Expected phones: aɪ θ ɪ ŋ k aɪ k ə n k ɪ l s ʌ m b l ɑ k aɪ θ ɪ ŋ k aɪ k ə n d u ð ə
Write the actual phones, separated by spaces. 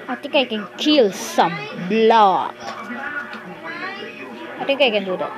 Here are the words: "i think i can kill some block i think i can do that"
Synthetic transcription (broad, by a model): aɪ t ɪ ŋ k aɪ k ə n k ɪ l s ʌ m b l ɑ k aɪ t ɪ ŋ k aɪ k ə n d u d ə